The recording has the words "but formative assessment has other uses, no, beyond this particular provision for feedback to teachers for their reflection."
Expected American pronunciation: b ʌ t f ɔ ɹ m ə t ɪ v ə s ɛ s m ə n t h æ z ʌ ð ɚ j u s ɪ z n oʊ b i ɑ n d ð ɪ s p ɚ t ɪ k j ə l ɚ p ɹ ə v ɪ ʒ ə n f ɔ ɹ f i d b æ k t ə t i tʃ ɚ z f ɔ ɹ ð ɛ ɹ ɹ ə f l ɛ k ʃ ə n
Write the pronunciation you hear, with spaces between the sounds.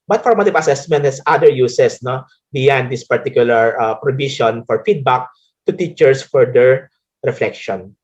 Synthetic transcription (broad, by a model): b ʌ t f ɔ ɹ m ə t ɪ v ə s ɛ s m ə n t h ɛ s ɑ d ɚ j u s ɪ s n oʊ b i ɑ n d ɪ s p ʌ t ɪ k j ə l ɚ p ɹ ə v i ʃ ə n f ɔ ɹ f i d b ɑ k t ə t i tʃ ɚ s f ɔ ɹ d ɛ ɹ ɹ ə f l ɛ k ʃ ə n